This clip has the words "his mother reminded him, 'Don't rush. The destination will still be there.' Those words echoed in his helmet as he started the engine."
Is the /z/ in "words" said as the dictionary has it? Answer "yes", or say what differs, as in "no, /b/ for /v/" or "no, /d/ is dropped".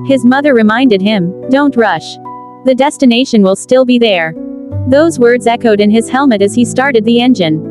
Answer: yes